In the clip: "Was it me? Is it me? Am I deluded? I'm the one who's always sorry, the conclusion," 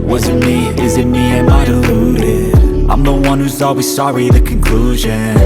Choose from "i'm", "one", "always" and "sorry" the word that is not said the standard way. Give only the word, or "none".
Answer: none